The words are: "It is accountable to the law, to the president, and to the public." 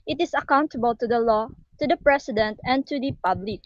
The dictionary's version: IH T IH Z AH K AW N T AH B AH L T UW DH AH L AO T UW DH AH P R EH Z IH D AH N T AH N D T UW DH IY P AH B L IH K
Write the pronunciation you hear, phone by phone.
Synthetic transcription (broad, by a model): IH T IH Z AH K AW N T AH B AH L T UW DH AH L AO T UW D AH P R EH S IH D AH N T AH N T UW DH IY P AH B L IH K